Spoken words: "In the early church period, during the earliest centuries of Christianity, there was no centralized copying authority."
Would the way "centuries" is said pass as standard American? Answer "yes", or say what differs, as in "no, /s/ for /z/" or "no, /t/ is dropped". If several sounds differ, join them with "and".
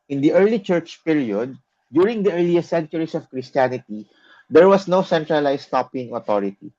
no, /s/ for /z/